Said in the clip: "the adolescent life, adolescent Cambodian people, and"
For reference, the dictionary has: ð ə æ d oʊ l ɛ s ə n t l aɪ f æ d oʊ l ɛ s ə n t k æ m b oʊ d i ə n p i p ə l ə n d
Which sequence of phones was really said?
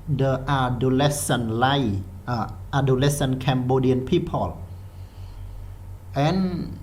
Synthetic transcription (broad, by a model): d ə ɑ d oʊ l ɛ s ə n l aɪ ɑ d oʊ l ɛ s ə n k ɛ m b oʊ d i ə n p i p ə l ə n